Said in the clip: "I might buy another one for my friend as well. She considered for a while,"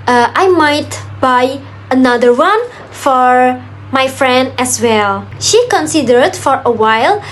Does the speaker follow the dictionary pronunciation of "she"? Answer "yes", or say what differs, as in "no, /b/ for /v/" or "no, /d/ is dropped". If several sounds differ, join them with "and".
yes